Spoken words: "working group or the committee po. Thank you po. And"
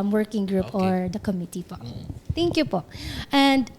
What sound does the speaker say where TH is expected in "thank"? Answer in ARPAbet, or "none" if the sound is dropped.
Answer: T